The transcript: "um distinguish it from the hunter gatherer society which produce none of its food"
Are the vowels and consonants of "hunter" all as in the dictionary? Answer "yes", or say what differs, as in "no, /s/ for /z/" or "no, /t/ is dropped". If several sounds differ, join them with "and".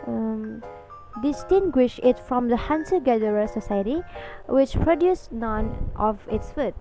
no, /s/ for /t/